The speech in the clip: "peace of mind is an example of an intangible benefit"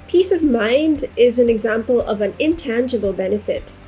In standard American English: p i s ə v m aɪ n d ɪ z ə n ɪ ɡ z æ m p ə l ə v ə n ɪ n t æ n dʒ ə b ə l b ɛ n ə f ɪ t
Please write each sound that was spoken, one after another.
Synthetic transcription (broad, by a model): p i s ə v m aɪ n d ɪ z ə n ɪ ɡ z æ m p ə l ə v ə n ɪ n t æ n dʒ ə b ə l b ɛ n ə f ɪ t